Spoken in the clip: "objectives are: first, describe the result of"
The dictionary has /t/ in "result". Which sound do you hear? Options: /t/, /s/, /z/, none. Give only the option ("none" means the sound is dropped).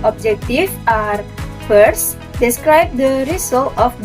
none